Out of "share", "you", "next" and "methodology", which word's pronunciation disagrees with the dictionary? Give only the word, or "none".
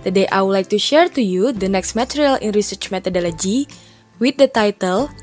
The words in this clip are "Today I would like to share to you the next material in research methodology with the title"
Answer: methodology